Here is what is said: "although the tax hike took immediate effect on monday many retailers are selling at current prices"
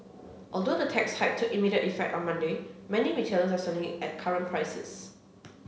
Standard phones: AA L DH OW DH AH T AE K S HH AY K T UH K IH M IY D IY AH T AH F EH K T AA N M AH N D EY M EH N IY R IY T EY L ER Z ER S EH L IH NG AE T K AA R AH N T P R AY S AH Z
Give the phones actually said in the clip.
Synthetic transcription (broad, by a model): AA L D OW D AH T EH K S HH AY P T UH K IH M IY D IY AH T AH F EH K T AA N M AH N D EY M EH N IY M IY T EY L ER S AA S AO N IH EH T K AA R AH N P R AY S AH S